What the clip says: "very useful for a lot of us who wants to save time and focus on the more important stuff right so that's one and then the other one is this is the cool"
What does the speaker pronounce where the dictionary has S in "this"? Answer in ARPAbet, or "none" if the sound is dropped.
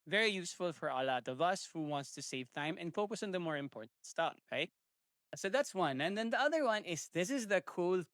S